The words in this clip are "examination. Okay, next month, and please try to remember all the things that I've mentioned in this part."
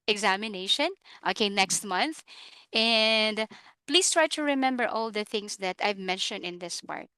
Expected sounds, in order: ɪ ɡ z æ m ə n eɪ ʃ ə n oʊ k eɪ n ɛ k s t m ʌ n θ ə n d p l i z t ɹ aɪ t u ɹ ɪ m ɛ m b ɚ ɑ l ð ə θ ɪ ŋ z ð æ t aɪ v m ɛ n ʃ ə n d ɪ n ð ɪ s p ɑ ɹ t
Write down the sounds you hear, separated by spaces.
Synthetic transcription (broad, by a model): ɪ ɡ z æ m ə n eɪ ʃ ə n oʊ k eɪ n ɛ k s t m ʌ n θ ə n d p l i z t ɹ aɪ t u ɹ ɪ m ɛ m b ɚ ɑ l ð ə θ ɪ ŋ s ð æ t aɪ v m ɛ n ʃ ə n d ɪ n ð ɪ s p ɑ ɹ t